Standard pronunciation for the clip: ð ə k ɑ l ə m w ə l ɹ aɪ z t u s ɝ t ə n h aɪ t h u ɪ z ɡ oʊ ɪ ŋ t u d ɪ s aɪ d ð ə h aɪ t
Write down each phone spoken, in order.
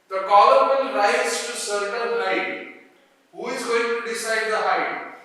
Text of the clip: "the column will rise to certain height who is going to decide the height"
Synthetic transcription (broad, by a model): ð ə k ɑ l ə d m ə n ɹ aɪ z t u s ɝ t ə l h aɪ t h u ɪ z ɡ oʊ ɪ ŋ t u d ɪ s aɪ d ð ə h aɪ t